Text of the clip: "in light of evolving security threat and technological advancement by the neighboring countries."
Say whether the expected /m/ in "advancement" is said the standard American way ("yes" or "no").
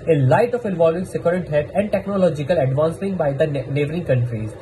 no